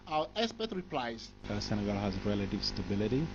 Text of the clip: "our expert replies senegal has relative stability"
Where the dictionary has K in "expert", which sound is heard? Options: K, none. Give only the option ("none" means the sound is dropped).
none